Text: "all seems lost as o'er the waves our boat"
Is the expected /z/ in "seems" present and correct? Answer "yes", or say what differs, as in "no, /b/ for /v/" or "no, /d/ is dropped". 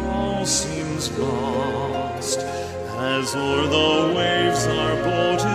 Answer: yes